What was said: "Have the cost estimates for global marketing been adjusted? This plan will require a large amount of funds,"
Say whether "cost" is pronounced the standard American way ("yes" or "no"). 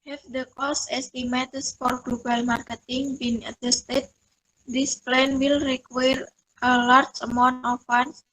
no